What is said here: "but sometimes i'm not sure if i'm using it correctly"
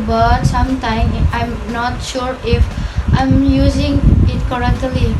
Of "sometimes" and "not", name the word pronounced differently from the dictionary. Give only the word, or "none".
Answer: sometimes